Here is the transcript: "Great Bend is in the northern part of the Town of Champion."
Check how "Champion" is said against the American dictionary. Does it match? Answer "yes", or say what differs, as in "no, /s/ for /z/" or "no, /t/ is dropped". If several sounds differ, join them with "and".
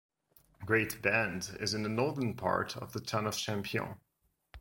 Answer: no, /n/ is dropped